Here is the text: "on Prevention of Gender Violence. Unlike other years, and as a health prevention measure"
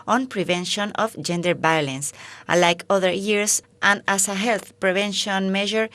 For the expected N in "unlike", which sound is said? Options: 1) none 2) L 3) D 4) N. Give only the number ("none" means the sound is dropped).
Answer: 1